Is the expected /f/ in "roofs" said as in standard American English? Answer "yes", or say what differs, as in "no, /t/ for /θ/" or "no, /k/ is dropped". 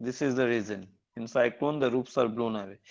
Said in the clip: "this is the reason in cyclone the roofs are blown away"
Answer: no, /p/ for /f/